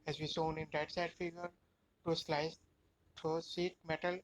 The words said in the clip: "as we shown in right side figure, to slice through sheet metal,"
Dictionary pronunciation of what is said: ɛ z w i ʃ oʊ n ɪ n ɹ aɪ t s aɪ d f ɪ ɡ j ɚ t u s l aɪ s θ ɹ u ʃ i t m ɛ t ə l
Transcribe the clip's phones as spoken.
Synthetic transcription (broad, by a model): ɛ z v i s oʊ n ɪ n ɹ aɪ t s aɪ d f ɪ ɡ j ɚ t u s l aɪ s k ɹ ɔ s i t m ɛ t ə l